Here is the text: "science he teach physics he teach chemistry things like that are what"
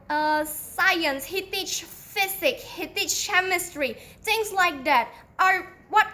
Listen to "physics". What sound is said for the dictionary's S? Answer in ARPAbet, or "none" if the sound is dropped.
none